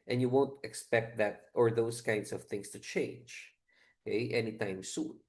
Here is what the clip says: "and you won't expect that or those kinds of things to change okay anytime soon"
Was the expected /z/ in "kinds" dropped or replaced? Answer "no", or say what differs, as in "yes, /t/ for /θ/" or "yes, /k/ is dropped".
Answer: yes, /s/ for /z/